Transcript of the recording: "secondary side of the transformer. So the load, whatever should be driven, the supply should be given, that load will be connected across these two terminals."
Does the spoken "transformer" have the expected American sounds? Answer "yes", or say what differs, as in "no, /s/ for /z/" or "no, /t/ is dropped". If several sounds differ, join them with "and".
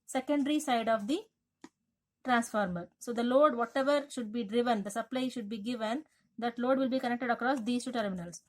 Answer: yes